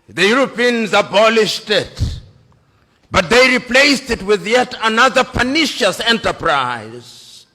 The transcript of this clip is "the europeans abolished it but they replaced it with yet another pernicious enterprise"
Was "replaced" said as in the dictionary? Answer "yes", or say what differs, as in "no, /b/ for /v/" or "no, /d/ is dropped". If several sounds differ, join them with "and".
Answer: yes